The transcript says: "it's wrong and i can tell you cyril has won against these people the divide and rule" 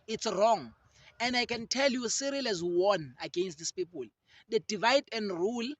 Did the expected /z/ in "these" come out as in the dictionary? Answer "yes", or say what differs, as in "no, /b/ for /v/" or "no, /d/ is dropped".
no, /s/ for /z/